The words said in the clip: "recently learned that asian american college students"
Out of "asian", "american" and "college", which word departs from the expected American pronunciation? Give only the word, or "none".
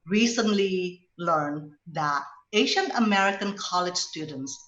asian